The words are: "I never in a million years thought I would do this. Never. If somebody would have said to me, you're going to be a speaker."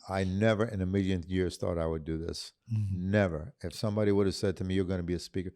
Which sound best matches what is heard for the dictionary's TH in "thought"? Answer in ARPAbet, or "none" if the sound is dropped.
TH